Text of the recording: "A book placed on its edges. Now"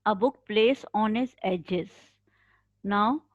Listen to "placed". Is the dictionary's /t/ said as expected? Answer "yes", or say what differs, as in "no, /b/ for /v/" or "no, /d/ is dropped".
no, /t/ is dropped